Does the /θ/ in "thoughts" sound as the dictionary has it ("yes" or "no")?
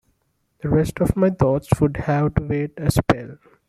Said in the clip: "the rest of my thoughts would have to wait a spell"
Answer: no